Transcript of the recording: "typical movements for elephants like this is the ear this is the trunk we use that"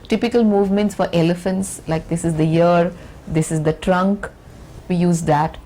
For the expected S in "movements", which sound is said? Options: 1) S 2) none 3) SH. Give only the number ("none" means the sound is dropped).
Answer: 1